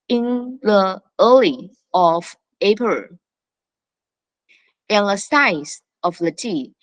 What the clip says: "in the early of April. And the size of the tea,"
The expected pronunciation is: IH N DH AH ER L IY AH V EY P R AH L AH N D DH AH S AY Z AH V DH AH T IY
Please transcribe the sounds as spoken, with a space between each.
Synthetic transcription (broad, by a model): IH N DH AH ER L IY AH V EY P AH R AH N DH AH S AY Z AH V DH AH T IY